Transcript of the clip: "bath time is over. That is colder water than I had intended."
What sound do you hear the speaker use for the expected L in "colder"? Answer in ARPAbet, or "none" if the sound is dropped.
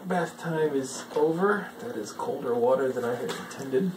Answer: L